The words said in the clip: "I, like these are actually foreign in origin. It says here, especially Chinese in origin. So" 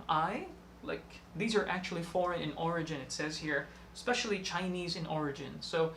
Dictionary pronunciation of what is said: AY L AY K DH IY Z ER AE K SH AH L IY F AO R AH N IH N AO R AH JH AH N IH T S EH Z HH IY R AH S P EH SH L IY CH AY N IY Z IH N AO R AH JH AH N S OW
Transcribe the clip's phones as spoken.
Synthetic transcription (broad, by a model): AY L AY K DH IY Z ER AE K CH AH L IY F AO R AH N IH N AO R AH JH AH N IH T S EH Z HH IY R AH S P EH SH L IY CH AY N IY Z IH N AO R AH JH AH N S OW